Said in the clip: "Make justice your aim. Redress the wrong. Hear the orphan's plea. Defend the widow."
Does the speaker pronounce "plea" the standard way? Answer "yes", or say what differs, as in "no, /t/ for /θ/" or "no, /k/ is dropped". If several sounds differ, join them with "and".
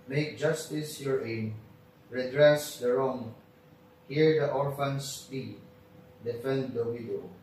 no, /l/ is dropped